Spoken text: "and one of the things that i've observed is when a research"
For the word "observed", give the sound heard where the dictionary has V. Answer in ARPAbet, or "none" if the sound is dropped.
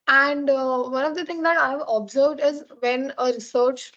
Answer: V